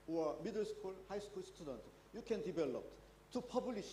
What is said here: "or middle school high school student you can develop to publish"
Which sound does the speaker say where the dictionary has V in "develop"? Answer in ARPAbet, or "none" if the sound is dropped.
B